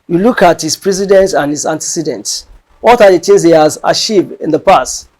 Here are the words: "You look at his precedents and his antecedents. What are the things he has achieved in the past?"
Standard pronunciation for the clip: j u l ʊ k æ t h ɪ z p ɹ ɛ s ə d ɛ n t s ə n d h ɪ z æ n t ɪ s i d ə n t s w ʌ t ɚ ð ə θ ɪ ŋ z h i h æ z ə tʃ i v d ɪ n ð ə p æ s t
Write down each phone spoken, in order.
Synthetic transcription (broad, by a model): j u l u k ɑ t h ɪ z p ɹ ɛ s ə d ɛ n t ə n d h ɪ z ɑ n t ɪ s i d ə n t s w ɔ t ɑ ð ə t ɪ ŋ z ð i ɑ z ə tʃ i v ɪ n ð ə p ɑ s t